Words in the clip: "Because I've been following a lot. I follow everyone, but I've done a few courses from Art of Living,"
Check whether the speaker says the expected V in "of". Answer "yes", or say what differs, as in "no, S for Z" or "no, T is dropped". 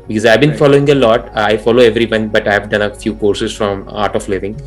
no, P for V